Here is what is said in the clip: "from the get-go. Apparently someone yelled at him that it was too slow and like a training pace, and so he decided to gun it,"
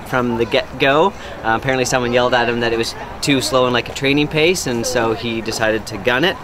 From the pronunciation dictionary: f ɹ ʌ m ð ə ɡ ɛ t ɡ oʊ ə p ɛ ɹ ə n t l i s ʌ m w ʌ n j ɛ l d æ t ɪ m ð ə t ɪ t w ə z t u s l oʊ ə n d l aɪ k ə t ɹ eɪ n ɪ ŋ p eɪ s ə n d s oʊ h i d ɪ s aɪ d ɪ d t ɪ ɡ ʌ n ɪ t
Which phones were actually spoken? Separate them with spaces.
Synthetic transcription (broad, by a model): f ɹ ʌ m ð ə ɡ ɛ t ɡ oʊ ə p ɛ ɹ ə n t l i s ʌ m w ʌ n j ɛ l d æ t ɪ m ð ə t ɪ t w ə z t u s l oʊ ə n l aɪ k ə t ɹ eɪ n ɪ ŋ p eɪ s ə n s oʊ i d ɪ s aɪ d ɪ d t ɪ ɡ ʌ n ɪ t